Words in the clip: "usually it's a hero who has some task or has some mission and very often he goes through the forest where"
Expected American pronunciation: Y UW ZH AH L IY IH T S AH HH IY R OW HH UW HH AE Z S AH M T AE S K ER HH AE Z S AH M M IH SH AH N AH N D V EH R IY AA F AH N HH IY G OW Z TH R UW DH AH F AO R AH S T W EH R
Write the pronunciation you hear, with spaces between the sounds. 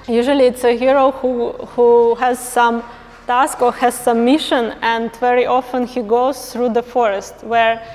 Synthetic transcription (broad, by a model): Y UW ZH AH L IY IH T S AH HH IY R OW HH UW HH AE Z S AH M T AE S K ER HH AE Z S AH M M IH SH AH N AH N D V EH R IY AA F AH N HH IY G OW Z TH R UW DH AH F AO R AH S T W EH R